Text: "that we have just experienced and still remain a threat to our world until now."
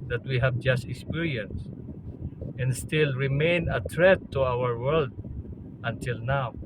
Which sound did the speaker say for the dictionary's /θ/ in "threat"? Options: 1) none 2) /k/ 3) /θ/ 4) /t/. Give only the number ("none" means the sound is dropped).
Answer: 4